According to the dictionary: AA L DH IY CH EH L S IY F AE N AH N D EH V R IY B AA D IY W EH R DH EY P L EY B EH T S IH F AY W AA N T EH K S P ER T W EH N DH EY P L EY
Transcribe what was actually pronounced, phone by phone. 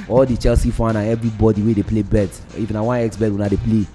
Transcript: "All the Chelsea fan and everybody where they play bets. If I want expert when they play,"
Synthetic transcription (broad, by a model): AA L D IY CH EH L S IY F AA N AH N EH V R IY B AA D IY W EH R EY P L EY B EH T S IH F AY W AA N EH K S B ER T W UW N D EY P L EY